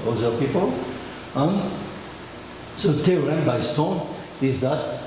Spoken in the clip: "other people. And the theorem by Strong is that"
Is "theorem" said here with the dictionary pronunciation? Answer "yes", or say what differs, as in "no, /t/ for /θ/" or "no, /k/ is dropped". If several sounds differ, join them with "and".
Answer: no, /t/ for /θ/